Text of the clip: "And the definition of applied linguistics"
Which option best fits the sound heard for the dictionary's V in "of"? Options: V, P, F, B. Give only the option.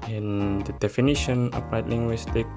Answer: P